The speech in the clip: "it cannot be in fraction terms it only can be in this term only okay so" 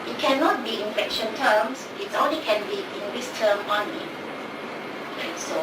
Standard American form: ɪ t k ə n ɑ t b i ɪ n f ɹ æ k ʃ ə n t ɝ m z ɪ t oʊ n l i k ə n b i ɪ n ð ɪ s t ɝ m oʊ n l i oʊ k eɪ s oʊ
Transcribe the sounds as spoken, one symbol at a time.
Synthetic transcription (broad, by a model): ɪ t k ə n ɑ t b i ɪ n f ɛ k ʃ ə n t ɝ m s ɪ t oʊ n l i k ə n b i ɪ n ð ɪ s t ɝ m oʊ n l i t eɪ s oʊ